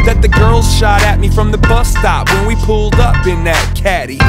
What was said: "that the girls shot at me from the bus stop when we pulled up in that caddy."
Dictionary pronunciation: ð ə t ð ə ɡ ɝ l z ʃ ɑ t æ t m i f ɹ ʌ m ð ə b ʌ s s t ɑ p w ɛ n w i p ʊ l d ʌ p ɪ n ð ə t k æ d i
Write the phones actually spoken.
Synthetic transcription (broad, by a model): ð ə t ð ə ɡ ɝ l z ʃ ɑ t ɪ t m i f ɹ ʌ m ð ə b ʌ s s t ɑ p w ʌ n w i p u l d ʌ p ɪ n ð ə t k æ d i